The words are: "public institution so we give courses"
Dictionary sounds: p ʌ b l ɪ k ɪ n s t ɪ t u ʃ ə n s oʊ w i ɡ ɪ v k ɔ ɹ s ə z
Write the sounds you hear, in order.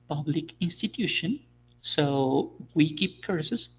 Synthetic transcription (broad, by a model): p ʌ b l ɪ k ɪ n s t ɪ t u ʃ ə n s oʊ w i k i p k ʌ ɹ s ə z